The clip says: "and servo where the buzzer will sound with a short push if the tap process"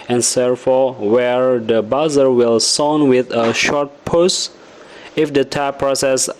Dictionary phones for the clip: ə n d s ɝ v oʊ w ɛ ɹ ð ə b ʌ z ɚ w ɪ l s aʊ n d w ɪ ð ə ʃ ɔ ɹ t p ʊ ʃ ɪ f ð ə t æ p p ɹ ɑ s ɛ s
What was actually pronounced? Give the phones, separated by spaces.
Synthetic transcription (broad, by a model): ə n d s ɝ f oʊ w ɛ ɹ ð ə b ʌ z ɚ w ɪ l s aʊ n w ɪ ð ə ʃ ɔ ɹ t p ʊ s ɪ f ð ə t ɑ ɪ p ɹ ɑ s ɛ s